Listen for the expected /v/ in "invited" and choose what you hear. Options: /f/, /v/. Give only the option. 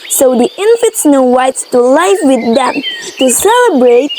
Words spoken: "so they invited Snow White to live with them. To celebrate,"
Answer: /f/